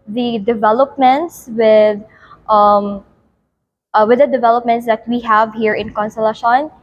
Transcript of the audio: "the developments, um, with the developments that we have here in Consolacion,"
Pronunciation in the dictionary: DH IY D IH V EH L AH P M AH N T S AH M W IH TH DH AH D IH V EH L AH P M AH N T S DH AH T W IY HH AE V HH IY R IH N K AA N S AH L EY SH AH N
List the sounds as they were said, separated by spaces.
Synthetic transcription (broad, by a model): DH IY D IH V EH L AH P M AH N T S AH M W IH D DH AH D IH V EH L AH P M AH N T S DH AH T W IY HH AE V HH IY R IH N K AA N S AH L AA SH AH N